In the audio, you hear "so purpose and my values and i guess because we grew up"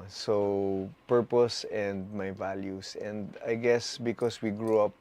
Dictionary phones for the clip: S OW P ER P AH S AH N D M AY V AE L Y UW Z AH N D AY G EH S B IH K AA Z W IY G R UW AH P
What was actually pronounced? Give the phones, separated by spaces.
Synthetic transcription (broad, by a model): S OW P ER P AH S AH N D M AY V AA L Y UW S AH N D AY G EH S B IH K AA S W IY G R UW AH P